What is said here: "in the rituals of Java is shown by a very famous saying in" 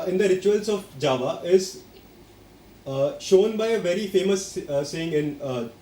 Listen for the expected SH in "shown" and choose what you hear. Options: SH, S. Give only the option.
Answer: SH